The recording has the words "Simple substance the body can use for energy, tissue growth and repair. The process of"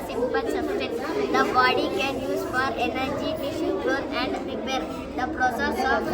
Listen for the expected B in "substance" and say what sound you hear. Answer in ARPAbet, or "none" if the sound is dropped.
none